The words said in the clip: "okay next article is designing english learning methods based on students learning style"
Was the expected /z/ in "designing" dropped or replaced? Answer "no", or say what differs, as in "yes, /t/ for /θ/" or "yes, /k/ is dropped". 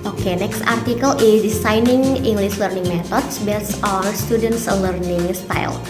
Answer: yes, /s/ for /z/